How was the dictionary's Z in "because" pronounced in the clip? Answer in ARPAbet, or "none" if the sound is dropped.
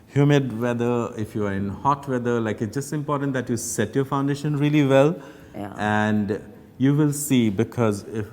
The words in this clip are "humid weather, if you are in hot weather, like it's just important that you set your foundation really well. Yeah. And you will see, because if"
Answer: Z